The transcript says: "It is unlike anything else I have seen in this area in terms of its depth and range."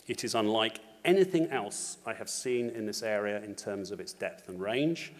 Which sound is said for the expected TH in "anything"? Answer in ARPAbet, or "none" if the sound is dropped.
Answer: TH